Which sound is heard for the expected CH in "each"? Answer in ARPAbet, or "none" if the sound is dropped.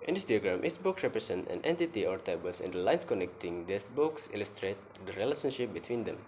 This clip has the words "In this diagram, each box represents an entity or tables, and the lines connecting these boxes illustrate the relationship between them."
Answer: S